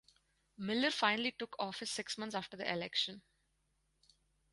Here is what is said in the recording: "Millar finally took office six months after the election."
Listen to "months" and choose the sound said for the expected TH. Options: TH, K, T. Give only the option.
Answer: T